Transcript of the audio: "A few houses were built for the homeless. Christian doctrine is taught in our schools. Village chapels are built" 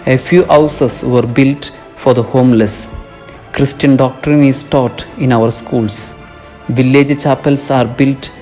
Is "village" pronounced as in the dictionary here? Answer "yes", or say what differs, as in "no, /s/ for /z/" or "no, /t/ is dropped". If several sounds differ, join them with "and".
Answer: yes